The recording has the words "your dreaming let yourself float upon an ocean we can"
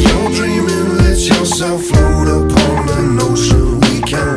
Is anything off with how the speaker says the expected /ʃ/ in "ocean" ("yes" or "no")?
yes